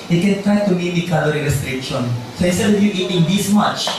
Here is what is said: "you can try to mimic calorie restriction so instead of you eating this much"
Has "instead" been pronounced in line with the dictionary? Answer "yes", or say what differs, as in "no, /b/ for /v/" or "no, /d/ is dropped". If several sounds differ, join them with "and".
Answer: no, /n/ is dropped